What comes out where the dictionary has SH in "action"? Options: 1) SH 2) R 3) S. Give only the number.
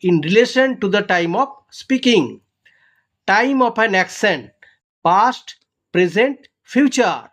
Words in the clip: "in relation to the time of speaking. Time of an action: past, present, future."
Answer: 3